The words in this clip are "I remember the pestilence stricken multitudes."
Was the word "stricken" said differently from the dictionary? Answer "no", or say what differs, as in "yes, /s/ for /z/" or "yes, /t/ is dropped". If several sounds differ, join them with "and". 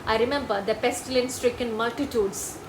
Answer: no